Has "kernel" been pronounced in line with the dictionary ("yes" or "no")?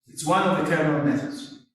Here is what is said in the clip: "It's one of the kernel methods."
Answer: no